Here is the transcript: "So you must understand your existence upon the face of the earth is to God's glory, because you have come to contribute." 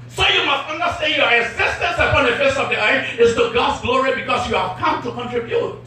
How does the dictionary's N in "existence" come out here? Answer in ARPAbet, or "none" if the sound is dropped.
N